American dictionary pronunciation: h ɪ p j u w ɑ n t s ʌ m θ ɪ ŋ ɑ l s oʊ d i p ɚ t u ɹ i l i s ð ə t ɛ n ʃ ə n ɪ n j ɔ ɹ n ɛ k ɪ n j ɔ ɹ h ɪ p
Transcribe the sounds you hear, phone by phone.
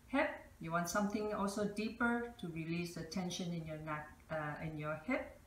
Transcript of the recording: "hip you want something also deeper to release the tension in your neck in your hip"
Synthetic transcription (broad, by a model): h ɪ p j u w ɑ n t s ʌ m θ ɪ ŋ ɑ l s oʊ d i p ɚ t u ɹ i l i s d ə t ɛ n ʃ ə n ɪ n j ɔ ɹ n ɛ k ɪ n j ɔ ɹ h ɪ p